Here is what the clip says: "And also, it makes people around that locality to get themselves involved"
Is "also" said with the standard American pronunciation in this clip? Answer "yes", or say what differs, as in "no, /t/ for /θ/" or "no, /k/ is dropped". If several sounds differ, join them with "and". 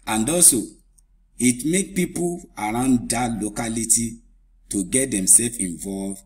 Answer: no, /l/ is dropped